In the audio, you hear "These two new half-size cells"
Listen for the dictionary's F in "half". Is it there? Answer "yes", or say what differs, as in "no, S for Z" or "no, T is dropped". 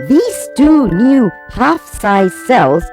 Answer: yes